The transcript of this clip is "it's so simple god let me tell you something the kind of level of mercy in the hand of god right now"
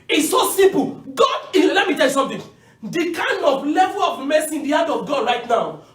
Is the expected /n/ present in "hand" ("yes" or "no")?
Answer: no